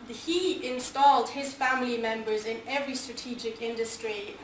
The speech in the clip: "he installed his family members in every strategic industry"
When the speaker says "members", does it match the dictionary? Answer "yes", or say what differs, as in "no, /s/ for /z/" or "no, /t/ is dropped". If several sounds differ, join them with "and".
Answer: yes